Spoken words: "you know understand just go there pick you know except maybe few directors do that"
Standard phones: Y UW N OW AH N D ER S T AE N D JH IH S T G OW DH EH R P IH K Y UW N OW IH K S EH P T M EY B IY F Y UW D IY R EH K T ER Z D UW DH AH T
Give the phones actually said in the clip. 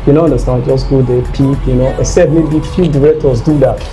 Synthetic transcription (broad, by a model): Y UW N OW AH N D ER S T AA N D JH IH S G OW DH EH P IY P Y UW N OW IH S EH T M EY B IY F Y UW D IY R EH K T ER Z D UW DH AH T